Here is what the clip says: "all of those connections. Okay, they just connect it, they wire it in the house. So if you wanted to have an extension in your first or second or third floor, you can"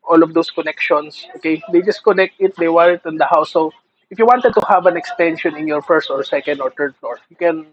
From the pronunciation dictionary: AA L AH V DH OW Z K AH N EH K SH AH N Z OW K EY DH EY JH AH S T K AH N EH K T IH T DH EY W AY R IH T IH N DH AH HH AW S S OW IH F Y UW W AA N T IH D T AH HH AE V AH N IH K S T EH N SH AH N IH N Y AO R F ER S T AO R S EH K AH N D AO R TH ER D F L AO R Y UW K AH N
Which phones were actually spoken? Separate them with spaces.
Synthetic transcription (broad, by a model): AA L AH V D OW S K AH N EH K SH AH N S OW K EY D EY JH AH S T K AH N EH K T IH T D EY W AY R IH T IH N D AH HH AW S S OW IH F Y UW W AA N T IH D T AH HH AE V AH N IH K S T EH N SH AH N IH N Y AO R F ER S T AO R S EH K AH N D AO R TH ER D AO R Y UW K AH N